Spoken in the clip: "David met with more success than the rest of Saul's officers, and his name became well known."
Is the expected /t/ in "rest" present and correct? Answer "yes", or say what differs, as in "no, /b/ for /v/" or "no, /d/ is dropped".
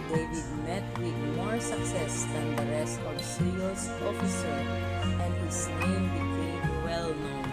yes